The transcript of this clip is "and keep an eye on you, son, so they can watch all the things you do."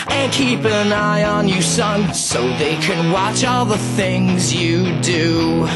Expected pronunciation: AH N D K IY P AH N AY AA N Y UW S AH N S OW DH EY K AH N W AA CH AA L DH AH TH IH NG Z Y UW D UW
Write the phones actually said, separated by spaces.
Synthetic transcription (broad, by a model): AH N K IY P AH N AY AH N Y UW S AH N S OW DH EY K AH N W AA CH AA L DH AH TH IH NG Z Y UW D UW